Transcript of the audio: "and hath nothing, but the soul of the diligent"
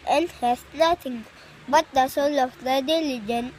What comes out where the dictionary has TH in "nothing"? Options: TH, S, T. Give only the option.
T